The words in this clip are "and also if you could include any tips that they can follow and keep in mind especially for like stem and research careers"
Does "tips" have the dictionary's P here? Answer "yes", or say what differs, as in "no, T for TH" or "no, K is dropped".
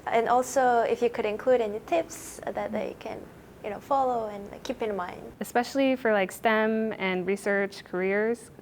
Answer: yes